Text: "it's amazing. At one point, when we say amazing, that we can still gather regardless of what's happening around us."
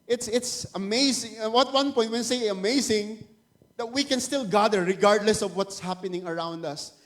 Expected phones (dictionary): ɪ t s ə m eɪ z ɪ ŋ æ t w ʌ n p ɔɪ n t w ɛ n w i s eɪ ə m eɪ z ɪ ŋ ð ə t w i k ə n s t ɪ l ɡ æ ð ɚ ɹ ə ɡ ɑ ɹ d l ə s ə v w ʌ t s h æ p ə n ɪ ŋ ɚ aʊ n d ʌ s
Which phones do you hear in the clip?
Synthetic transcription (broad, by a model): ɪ t s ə m eɪ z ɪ ŋ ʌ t w ʌ n p ɔɪ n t w ɛ n s eɪ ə m eɪ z ɪ ŋ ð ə t w i k ə n s t ɪ l ɡ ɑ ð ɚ ɹ ə ɡ ɑ ɹ d l ə s ə v w ʌ t s h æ p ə n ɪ ŋ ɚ aʊ n d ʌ s